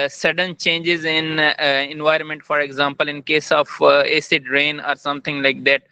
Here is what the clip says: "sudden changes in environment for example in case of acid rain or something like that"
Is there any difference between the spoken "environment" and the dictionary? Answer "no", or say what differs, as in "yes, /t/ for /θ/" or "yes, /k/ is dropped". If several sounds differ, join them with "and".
no